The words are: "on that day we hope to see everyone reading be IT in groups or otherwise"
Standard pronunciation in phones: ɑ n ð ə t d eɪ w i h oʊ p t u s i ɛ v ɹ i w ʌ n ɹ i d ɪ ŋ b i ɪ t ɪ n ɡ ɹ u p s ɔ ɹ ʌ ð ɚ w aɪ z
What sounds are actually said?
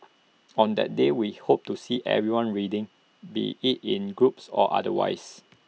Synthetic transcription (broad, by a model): ɑ n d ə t d eɪ w i h oʊ p t u s i ɛ v ɹ i w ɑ n ɹ i d ɪ ŋ b i ɪ t ɪ n ɡ ɹ u p s ɔ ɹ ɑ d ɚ w aɪ s